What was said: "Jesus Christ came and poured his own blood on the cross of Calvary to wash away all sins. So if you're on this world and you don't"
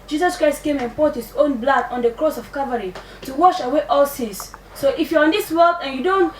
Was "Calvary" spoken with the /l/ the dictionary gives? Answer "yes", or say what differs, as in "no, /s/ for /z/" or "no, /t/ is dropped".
no, /l/ is dropped